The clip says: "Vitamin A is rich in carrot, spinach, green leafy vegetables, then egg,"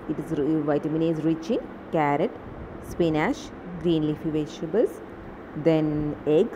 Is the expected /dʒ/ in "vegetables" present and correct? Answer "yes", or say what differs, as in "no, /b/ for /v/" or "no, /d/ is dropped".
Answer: no, /ʃ/ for /dʒ/